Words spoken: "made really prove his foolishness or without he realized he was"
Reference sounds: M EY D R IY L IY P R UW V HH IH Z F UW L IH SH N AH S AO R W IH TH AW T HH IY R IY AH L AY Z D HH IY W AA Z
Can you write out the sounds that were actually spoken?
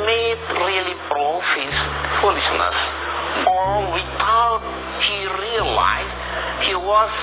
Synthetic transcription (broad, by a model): M EY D R IY L IY B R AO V HH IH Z F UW L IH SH N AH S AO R W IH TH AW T HH IY R IY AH L AY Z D HH IY W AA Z